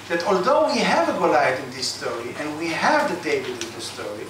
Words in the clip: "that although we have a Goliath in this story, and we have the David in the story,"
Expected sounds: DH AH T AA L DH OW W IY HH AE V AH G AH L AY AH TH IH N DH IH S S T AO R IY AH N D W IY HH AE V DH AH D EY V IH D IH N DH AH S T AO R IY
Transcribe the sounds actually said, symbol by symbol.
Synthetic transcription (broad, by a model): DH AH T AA L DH OW W IY HH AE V AH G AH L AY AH T IH N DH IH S S T AO R IY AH N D W IY HH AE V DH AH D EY B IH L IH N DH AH S T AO R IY